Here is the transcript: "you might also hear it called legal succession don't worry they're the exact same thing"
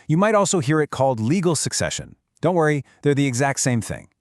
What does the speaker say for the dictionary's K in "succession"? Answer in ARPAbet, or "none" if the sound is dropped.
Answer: K